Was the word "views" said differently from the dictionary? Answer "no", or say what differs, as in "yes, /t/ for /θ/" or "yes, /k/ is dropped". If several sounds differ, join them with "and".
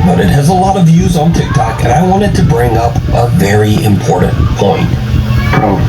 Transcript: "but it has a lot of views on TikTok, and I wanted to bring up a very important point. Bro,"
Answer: no